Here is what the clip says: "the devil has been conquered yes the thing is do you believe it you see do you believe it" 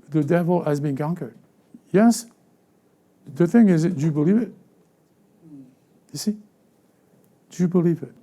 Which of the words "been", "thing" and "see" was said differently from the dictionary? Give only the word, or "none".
none